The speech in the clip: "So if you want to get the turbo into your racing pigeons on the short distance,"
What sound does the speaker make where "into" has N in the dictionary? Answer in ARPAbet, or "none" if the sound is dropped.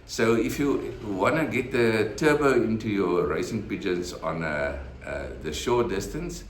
N